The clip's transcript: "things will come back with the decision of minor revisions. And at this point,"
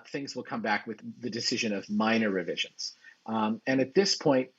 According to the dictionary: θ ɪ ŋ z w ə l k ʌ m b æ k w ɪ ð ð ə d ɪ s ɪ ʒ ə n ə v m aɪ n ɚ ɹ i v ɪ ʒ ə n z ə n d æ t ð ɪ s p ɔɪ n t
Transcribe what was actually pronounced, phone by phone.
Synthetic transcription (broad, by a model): θ ɪ ŋ z w ə l k ʌ m b æ k w ɪ ð ð ə d ɪ s ɪ ʒ ə n ə v m aɪ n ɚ ɹ i v ɪ ʒ ə n z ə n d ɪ t ð ɪ s p ɔɪ n t